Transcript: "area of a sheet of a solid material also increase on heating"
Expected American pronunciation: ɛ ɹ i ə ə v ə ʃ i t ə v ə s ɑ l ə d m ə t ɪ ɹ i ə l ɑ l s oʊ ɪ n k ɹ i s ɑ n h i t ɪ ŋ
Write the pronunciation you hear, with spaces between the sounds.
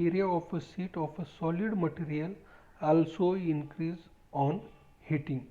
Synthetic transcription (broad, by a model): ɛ ɹ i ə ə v ə s i t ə f ə s ɑ l ə d m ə t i ɹ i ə l ɑ l s oʊ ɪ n k ɹ i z ɑ n h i t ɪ ŋ